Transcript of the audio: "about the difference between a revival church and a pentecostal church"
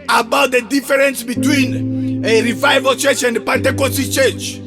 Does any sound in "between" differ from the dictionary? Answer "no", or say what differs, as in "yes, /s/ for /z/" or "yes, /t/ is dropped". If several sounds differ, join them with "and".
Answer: no